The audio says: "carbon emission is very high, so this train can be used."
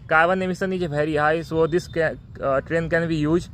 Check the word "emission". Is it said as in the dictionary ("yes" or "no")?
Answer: no